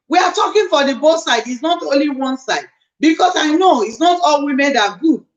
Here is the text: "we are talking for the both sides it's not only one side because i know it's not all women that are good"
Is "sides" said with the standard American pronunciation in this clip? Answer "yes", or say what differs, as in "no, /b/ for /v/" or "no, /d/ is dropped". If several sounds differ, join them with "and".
no, /z/ is dropped